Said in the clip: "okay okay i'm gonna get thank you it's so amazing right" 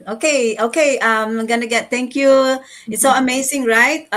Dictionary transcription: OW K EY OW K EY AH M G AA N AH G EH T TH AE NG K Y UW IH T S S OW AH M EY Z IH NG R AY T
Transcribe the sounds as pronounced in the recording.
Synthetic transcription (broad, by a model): OW K EY OW K EY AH M G AA N AH G EH T T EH NG K Y UW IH T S S OW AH M EY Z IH NG R AY T